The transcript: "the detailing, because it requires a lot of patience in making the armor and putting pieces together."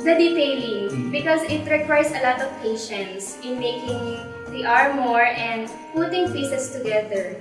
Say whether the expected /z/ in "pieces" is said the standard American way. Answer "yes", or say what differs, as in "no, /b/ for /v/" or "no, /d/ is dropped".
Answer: no, /s/ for /z/